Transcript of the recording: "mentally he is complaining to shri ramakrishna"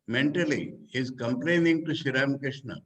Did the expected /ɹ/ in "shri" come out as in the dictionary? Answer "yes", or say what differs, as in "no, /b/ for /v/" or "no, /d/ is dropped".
no, /ɹ/ is dropped